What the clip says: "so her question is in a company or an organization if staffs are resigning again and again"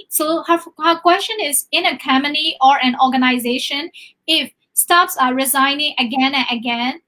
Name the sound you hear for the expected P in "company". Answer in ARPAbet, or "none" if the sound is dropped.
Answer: none